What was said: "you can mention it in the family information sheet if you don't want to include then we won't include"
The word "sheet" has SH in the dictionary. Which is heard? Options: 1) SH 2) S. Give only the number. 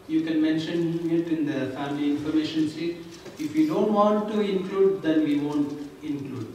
2